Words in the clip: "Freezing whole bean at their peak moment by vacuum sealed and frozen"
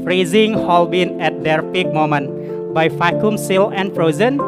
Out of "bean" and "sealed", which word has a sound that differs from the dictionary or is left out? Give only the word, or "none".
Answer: sealed